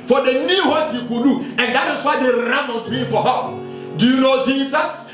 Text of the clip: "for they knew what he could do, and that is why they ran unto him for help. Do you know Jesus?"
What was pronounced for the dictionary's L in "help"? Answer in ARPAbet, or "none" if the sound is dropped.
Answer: none